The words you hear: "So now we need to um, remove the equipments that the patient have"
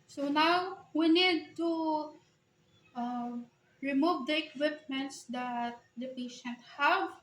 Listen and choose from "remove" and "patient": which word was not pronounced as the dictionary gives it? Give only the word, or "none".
none